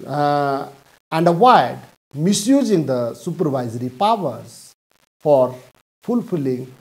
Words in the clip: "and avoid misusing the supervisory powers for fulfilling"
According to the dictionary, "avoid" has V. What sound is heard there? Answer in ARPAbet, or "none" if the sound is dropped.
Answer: W